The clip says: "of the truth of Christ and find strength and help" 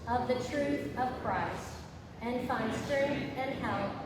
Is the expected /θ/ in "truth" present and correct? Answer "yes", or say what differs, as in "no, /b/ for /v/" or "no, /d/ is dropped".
yes